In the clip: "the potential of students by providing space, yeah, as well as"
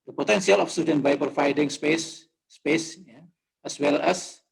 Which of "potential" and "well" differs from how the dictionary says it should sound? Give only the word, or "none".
potential